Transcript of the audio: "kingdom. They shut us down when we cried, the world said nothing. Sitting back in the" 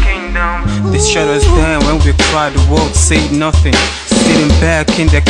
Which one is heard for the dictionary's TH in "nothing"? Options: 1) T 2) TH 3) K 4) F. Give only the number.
2